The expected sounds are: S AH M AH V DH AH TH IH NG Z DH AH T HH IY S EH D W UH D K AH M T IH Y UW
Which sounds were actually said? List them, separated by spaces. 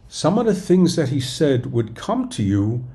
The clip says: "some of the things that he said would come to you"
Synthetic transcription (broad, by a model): S AH M AH V DH AH TH IH NG Z DH AH T HH IY S EH D W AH D K AH M T IH Y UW